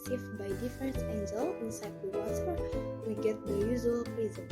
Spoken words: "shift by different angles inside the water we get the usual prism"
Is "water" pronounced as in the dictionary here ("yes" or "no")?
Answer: no